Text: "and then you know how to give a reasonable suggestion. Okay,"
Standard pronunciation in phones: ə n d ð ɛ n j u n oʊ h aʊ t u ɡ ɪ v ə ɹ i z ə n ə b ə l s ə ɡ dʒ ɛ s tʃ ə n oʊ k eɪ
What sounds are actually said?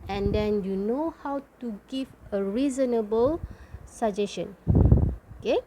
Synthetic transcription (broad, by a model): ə n d ɛ n j u n oʊ h aʊ t u ɡ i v ə ɹ i z ə n ə b ə l s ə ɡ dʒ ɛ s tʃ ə n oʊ k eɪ